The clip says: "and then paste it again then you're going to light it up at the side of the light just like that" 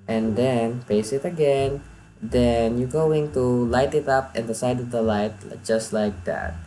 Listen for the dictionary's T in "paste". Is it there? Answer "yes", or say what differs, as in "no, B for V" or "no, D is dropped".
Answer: no, T is dropped